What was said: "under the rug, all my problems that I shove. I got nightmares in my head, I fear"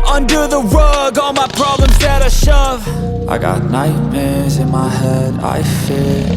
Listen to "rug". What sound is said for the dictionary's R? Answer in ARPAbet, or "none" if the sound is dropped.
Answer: W